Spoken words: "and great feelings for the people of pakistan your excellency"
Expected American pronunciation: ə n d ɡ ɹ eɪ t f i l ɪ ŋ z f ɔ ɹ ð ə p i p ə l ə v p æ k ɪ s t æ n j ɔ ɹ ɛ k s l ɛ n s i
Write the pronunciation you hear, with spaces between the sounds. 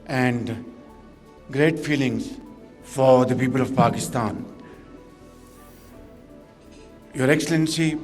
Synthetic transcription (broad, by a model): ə n d ɡ ɹ eɪ t f i l ɪ ŋ z f ɔ ɹ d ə p i p ə l ə v p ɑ k ɪ s t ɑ n j ɔ ɹ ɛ k s l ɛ n s i